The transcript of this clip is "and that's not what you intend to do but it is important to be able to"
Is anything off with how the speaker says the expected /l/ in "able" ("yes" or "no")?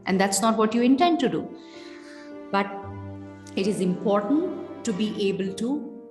no